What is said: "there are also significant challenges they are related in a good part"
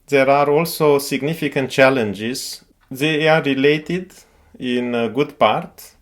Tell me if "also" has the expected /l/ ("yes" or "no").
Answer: yes